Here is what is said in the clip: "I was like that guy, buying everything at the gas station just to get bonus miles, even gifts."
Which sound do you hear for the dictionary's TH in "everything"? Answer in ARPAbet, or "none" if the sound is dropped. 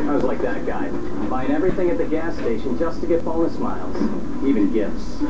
TH